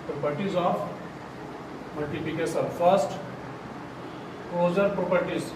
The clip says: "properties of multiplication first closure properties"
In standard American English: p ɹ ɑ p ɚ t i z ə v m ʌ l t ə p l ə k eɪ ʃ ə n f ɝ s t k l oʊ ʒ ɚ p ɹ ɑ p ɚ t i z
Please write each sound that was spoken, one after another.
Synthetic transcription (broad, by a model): p ɹ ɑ p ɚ t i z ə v m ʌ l t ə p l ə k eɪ s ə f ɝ s t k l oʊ z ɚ p ɹ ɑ p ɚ t i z